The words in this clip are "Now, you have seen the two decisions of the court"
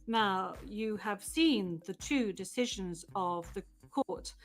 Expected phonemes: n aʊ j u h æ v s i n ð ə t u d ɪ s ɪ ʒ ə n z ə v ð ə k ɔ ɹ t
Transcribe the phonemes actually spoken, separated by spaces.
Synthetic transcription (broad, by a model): n aʊ j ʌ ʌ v s i n ð ə t u d ɪ s ɪ ʒ ə n z ə v ð ə k ɔ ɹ t